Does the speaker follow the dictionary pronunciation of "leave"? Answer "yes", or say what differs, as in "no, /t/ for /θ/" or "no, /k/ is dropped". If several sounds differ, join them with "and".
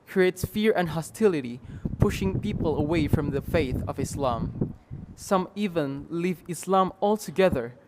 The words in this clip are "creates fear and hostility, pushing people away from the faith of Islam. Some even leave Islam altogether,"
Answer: yes